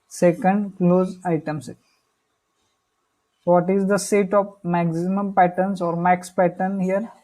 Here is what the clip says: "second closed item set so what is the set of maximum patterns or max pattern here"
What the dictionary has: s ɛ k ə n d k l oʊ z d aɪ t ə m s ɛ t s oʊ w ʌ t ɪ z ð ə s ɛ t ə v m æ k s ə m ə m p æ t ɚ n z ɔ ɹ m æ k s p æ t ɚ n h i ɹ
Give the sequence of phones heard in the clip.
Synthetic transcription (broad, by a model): s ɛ k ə n d k l oʊ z aɪ t ə m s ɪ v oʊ t ɪ z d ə s ɛ t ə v m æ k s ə m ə m p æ t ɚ n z ɔ ɹ m æ k s p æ t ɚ n h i ɹ